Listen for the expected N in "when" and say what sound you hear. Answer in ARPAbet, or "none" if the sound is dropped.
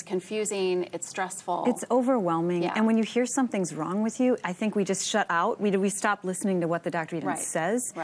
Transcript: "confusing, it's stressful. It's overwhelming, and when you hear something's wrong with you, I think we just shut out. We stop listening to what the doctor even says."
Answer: N